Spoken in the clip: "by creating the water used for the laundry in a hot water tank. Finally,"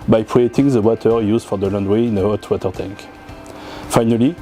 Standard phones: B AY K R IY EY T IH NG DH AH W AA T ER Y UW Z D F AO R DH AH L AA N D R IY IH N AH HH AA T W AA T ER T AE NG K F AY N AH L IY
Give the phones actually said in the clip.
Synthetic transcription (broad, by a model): B AY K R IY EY T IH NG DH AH W AA T ER Y UW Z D F AO R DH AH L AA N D W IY IH N AH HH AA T W AA T ER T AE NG K F AY N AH L IY